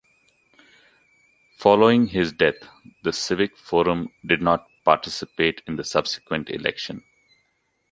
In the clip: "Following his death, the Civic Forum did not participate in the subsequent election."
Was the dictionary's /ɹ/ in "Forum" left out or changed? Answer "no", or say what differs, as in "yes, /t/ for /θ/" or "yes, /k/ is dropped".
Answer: no